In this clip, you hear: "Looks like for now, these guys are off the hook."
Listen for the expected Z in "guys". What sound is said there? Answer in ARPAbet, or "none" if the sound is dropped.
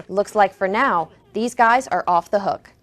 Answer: Z